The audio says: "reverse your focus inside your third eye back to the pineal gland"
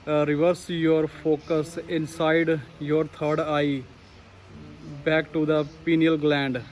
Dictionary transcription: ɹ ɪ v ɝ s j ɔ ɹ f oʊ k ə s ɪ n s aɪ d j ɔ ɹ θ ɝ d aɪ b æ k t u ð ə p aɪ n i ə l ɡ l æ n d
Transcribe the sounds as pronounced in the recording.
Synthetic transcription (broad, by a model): ɹ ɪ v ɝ s j ɔ ɹ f oʊ k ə s ɪ n s aɪ d j ɔ ɹ t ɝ d aɪ b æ k t u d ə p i n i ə l ɡ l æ n d